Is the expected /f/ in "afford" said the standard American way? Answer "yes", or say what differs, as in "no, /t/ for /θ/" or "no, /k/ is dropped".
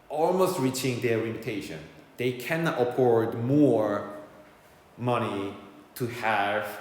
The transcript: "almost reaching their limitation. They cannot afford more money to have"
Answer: no, /p/ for /f/